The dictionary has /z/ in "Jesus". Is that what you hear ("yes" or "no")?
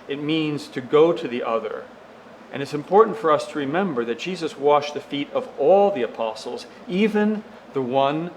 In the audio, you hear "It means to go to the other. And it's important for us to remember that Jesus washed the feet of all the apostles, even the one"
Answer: yes